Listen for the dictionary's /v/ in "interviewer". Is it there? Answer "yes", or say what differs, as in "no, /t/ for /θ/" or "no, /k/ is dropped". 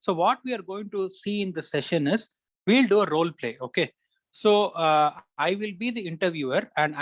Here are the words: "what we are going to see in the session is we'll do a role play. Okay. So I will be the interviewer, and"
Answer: yes